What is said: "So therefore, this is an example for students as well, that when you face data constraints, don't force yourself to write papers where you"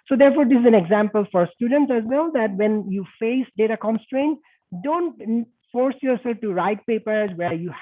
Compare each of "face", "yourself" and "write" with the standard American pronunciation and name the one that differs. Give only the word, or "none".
none